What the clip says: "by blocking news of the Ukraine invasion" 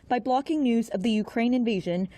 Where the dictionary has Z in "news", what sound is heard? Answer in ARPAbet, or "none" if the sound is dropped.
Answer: Z